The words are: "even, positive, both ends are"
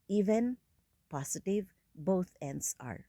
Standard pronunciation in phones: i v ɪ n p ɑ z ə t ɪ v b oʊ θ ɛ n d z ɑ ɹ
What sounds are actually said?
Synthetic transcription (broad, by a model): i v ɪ n p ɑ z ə t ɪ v b oʊ t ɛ n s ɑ ɹ